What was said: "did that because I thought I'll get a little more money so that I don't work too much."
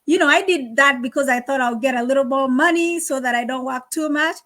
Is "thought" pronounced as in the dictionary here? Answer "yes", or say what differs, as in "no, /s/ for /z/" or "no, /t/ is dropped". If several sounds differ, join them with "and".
yes